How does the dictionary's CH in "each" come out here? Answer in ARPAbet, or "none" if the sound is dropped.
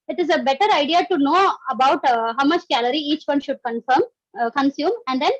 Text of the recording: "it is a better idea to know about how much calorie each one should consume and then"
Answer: CH